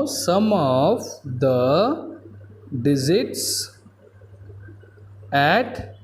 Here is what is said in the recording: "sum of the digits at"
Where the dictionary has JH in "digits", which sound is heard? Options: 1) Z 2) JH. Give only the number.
1